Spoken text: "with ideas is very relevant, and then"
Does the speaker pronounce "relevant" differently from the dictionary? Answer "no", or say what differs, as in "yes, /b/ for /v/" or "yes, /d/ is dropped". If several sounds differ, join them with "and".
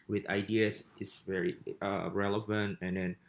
no